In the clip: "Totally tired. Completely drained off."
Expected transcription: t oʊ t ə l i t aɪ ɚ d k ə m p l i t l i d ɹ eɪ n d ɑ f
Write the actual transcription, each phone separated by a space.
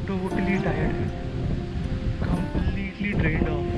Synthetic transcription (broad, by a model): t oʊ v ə l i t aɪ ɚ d k ə m p l i t l i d ɹ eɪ d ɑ